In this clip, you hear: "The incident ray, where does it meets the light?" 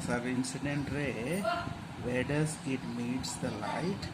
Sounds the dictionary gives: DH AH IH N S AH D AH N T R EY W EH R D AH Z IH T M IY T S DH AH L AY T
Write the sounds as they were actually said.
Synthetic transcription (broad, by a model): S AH IH N S AH D AH N T R EY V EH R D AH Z IH T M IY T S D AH L AY T